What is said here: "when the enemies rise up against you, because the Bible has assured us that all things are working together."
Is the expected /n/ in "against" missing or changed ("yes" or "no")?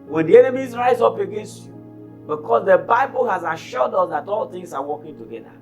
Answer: no